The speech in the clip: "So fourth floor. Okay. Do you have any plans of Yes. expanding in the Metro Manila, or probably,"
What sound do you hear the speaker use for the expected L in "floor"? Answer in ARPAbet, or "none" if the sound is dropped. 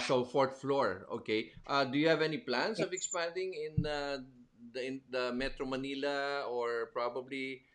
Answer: L